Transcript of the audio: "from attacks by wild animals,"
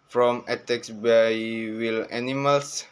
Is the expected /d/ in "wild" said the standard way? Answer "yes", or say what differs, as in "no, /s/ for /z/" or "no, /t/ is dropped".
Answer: no, /d/ is dropped